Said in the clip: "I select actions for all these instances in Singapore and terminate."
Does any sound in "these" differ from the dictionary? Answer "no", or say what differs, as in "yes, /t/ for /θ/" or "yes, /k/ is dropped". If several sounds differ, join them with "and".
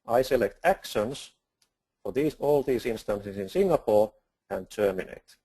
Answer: yes, /s/ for /z/